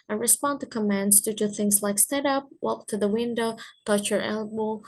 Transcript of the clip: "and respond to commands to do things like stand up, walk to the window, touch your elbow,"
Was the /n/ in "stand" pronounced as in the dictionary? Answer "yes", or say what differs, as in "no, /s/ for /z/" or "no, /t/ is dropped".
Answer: no, /n/ is dropped